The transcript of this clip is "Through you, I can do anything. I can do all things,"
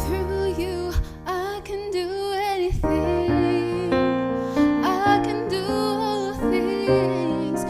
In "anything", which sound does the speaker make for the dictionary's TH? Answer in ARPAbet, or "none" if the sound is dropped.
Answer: TH